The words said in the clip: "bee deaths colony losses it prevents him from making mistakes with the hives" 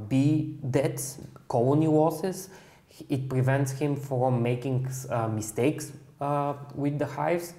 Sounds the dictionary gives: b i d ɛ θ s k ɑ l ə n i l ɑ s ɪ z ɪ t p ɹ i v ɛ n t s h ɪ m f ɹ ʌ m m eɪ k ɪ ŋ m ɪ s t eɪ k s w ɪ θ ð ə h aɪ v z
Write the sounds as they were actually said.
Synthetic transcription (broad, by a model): b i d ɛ t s k ɑ l ə n i w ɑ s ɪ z ɪ t p ɹ i v ɛ n t s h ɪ m f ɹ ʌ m m eɪ k ɪ ŋ m ɪ s t eɪ k s w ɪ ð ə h aɪ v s